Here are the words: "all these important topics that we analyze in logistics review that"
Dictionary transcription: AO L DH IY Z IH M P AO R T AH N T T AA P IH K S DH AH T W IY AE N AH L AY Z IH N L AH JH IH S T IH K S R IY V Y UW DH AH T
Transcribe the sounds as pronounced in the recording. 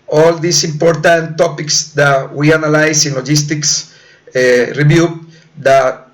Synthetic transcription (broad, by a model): AO L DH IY S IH M P AO R T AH N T T AA P IH K S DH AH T W IY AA N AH L AY S IH N L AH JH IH S T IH K S R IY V Y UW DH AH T